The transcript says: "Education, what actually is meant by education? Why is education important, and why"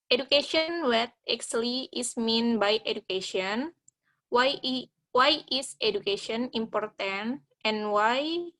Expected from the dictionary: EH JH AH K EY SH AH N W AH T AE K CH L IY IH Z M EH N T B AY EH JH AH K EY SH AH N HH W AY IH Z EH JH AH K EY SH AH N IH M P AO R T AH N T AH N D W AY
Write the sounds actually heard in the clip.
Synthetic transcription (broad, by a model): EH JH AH K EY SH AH N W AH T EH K S L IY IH S M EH N B AY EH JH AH K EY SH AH N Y W AY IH S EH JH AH K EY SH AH N IH M P AO R T AH N T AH N W AY